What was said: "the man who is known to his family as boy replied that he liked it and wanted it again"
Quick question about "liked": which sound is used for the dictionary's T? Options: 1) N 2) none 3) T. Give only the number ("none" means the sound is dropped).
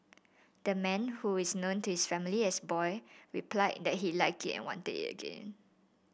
2